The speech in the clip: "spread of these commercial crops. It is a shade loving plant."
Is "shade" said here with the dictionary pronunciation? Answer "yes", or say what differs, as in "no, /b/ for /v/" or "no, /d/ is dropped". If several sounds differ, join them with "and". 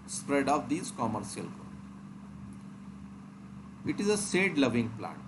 no, /s/ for /ʃ/